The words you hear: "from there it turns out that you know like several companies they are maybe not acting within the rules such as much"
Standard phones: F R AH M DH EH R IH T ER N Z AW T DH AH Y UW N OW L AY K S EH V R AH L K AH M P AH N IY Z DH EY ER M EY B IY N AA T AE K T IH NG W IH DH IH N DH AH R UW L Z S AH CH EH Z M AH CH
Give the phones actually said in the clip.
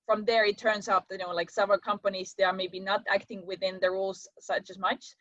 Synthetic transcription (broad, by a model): F R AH M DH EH R IH T ER N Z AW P DH AH N OW L AY K S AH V AH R K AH M P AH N IY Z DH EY ER M EY B IY N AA T AE K T IH NG W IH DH IH N DH AH R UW L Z S AH CH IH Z M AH CH